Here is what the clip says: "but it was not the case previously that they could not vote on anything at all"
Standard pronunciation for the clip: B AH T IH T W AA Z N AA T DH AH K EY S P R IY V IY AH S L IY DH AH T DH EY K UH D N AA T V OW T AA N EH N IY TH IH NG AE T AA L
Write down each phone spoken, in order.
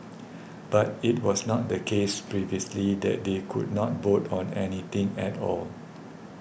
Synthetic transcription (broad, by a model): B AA T IH T W AA S N AA T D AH K EY S P R IY V IY AH S L IY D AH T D EY K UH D N AA T B OW T AA N EH N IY T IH NG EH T AA L